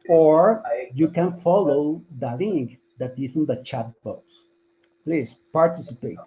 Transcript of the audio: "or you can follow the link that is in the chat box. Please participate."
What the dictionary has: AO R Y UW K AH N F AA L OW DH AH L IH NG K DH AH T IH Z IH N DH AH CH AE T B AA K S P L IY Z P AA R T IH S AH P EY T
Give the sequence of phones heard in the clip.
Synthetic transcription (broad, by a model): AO R Y UW K AH N F AA L OW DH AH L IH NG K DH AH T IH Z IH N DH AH CH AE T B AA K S P L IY S P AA R T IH S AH P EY T